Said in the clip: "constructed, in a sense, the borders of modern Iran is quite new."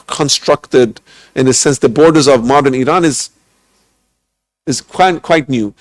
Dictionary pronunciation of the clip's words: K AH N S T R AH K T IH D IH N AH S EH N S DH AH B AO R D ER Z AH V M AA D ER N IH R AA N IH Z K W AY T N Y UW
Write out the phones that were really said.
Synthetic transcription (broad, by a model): K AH N S T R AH K T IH D IH N AH S EH N S DH AH B AO R D ER Z AH V M AA D ER N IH R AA N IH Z K W AY T N Y UW